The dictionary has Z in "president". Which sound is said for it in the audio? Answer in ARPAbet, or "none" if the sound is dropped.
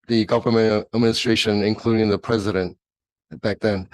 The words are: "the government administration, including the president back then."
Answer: Z